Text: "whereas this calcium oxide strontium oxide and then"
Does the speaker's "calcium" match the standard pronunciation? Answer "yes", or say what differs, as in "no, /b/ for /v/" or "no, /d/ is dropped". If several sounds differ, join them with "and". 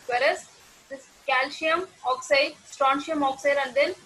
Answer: no, /ʃ/ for /s/